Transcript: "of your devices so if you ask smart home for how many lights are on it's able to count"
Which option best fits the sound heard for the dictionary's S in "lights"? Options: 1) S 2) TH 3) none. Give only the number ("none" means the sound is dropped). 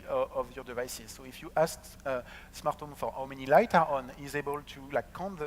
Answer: 3